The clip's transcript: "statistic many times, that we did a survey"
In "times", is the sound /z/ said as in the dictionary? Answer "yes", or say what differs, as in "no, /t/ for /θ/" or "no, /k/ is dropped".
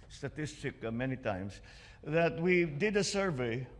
no, /s/ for /z/